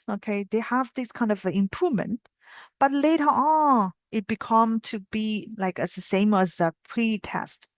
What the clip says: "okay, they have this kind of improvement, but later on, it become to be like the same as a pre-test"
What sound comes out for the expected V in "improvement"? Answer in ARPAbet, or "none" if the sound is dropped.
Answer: V